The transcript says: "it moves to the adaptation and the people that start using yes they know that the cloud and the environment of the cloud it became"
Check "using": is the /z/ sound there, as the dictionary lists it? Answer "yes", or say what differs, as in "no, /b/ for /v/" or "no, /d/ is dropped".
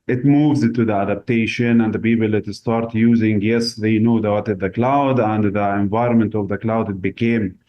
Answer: yes